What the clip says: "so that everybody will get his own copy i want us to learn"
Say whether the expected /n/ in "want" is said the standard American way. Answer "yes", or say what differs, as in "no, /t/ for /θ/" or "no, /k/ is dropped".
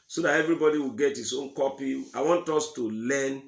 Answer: yes